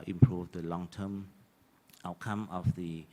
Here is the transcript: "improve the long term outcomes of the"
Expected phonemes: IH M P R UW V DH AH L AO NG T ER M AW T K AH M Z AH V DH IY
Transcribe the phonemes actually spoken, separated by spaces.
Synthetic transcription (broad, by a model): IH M P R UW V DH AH L AO NG T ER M AW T K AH M AH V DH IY